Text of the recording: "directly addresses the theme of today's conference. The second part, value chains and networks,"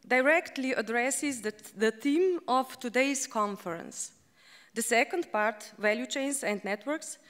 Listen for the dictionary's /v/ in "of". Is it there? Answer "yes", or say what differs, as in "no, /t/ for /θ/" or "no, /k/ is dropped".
no, /f/ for /v/